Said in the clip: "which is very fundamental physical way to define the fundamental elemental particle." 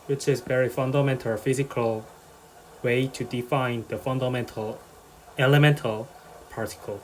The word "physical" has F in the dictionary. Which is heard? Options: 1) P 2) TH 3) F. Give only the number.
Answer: 3